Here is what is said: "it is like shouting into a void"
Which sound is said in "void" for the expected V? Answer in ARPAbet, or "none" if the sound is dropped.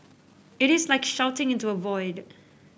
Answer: V